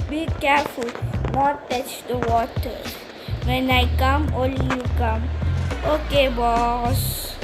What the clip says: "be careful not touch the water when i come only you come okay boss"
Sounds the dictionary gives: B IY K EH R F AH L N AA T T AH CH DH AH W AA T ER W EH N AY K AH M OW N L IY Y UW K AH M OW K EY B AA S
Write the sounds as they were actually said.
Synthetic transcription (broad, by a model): B IY K EH R F AH L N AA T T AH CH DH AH W AA T ER W EH N AY K AH M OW L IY Y UW K AH M OW K EY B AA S